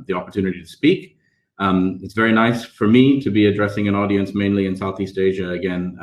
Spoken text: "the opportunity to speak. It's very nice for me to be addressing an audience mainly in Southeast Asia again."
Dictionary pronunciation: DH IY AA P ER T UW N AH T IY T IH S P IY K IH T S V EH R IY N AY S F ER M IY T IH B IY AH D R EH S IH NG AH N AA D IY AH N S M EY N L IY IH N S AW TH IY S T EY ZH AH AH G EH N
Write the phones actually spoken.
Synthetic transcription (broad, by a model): DH IY AA P ER T UW N AH T IY T IH S P IY K IH T S V EH R IY N AY S F ER M IY T IH B IY AH D R EH S IH NG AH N AA D IY AH N S M EY N L IY IH N S AW TH IY S T EY ZH AH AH G EH N